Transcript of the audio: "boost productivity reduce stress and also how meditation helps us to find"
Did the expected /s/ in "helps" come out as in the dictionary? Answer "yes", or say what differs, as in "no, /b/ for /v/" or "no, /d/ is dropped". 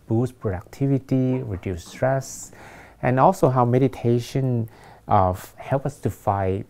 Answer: no, /s/ is dropped